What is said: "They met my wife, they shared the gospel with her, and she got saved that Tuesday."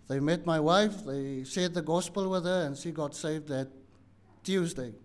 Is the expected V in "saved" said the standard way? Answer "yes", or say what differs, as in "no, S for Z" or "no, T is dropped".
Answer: yes